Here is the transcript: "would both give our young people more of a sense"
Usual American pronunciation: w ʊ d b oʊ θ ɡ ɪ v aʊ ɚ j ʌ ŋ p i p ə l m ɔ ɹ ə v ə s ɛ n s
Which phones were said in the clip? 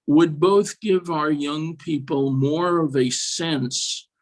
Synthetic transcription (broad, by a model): w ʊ d b oʊ θ ɡ ɪ v aʊ ɚ j ʌ ŋ p i p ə l m ɔ ɹ ə v ə s ɛ n s